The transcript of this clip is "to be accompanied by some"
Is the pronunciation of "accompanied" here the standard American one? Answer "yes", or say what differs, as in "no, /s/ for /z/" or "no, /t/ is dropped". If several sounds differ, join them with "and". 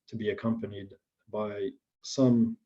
yes